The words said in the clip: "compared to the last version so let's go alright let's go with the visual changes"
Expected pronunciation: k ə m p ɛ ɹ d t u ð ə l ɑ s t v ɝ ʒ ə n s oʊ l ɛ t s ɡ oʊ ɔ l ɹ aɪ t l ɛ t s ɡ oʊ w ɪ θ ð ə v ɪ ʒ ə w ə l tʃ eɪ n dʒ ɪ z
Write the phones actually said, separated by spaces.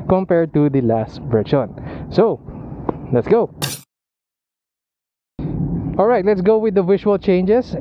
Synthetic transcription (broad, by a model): k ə m p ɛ ɹ d t u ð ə l ɑ s t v ɝ ʃ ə n s oʊ l ɛ t s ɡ oʊ ɔ l ɹ aɪ t l ɛ t s ɡ oʊ w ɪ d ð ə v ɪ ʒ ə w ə l tʃ eɪ n dʒ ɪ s